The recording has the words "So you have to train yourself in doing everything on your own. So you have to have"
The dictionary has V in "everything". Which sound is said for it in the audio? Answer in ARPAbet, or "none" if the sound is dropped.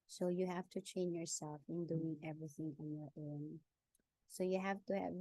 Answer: V